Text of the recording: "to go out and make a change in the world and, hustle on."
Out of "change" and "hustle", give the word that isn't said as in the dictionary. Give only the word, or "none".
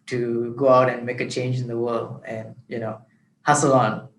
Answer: none